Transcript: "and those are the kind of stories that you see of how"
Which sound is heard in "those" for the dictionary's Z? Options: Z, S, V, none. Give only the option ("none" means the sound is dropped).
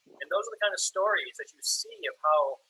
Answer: Z